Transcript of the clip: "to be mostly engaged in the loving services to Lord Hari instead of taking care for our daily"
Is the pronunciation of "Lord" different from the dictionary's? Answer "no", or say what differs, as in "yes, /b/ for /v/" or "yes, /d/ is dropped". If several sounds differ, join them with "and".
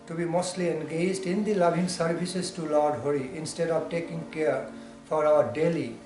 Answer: no